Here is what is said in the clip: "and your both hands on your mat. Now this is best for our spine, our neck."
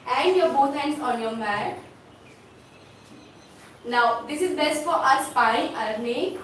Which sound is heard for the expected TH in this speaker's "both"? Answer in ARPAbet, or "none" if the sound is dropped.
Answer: T